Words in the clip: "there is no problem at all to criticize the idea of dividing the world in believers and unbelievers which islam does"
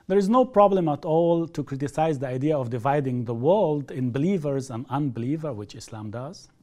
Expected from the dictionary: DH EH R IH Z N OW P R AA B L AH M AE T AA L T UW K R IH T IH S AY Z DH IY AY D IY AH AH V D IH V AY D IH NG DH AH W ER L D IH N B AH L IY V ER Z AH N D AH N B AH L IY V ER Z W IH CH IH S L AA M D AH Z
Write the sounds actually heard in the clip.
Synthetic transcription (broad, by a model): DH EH R IH Z N OW P R AA B L AH M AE T AA L T UW K R IH T IH S AY Z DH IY AY D IY AH AH V D IH V AY D IH NG DH AH W ER L D IH N B AH L IY V ER Z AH N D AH N B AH L IY V ER W IH CH IH S L AA M D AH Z